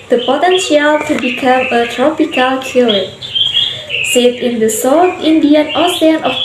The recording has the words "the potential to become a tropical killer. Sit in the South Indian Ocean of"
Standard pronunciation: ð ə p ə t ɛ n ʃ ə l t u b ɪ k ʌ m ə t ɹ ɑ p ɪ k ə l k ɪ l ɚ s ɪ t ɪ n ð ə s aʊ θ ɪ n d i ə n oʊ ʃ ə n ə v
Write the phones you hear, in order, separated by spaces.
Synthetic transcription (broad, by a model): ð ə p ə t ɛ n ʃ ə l t u b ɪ k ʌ m ə t ɹ ɑ p ɪ k ə l k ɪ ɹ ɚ s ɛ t ɪ n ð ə s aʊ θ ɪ n d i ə n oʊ s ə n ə